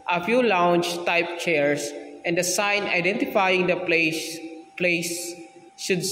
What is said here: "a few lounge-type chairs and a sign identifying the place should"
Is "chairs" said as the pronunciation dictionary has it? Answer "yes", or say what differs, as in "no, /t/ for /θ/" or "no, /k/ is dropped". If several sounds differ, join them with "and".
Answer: no, /s/ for /z/